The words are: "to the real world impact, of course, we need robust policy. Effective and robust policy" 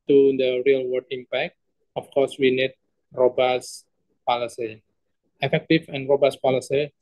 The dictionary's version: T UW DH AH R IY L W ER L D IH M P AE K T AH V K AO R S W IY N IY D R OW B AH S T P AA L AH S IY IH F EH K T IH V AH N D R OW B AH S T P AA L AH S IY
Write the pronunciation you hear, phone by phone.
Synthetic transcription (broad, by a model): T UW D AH R IY L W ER D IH M P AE K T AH F K AO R S W IY N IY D R OW B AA S P AA L AH S IY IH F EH K T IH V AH N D R OW B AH S P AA L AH S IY